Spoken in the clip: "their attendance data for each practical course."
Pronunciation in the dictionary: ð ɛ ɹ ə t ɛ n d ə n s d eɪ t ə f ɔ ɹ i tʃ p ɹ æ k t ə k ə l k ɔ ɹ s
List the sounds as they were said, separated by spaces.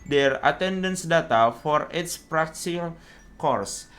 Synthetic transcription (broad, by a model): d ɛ ɹ ə t ɛ n d ə n s d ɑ t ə f ɔ ɹ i s p ɹ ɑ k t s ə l k ɔ ɹ s